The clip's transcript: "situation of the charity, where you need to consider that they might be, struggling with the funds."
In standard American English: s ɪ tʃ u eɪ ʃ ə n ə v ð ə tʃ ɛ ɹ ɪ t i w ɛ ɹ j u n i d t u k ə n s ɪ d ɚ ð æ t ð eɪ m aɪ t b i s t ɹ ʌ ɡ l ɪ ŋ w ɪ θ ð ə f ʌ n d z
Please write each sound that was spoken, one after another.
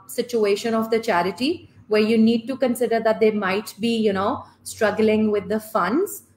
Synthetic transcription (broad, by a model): s ɪ tʃ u eɪ ʃ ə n ə v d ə tʃ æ ɹ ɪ t i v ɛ ɹ j u n i d t u k ə n s ɪ d ɚ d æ t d eɪ m aɪ t b i s t ɹ ʌ ɡ l ɪ ŋ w ɪ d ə f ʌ n d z